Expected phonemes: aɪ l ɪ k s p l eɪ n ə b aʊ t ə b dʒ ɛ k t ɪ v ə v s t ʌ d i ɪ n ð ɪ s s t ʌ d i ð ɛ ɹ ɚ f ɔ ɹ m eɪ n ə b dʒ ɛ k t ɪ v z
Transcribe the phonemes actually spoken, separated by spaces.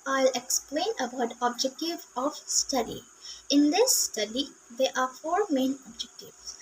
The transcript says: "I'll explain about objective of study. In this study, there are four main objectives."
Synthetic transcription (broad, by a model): aɪ l ɪ k s p l eɪ n ə b aʊ t ə b dʒ ɛ k t ɪ v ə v s t ʌ d i ɪ n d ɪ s s t ʌ d i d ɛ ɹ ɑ f ɔ ɹ m eɪ n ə b dʒ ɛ k t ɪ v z